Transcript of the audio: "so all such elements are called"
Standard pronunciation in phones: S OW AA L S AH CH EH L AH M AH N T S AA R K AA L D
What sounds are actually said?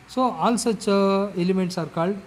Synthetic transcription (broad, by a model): S OW AA L S AH CH EH L AH M AH N T S AA R K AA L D